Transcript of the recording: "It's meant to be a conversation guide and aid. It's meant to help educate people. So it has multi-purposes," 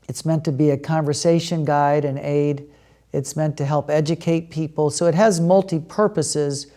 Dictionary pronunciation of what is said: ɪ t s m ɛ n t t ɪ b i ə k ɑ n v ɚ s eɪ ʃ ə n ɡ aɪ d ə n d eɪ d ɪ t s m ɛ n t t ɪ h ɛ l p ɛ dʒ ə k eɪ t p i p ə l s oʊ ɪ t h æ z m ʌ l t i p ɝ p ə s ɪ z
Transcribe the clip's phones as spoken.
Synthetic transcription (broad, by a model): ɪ t s m ɛ n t t ɪ b i ə k ɑ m v ɚ s eɪ ʃ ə n ɡ aɪ d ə n eɪ d ɪ t s m ɛ n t t ɪ h ɛ l p ɛ dʒ ə k eɪ t p i p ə l s oʊ ɪ t h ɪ z m ʌ l t i p ɝ p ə s ɪ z